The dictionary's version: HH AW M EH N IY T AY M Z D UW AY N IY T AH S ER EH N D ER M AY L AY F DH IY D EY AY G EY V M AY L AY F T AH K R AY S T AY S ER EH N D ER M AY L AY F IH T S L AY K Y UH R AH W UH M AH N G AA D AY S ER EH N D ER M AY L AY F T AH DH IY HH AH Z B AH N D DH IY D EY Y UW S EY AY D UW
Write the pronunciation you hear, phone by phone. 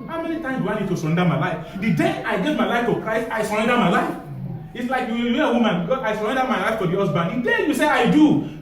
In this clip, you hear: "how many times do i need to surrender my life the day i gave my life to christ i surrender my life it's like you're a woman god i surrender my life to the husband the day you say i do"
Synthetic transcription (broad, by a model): HH AW M EH N IY T AY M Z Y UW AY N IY T AH S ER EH N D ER M AY L AY F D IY D EY AY G EY V M AY L AY F T AH K R AY S T AY S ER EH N D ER M AY L AY F IH T S L AY K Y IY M AH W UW M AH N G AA AY S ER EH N D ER M AY L AY F T AH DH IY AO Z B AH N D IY D EY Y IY S EY AY D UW